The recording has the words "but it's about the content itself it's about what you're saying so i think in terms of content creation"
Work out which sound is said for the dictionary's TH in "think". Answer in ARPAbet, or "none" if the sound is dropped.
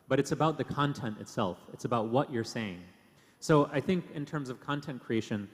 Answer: TH